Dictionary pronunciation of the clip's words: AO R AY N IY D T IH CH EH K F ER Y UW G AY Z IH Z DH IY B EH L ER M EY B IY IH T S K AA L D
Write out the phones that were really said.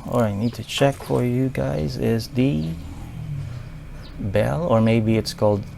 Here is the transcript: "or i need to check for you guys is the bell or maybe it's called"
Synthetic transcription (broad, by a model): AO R AY N IY D T IH CH EH K F ER Y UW G AY Z IH Z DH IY B EH L ER M EY B IY IH T S K AA L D